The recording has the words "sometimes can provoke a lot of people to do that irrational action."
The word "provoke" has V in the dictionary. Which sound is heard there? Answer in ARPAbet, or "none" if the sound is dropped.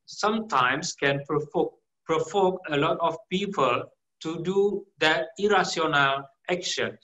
F